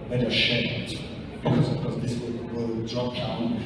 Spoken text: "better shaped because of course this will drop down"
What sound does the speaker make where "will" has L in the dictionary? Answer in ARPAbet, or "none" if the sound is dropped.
W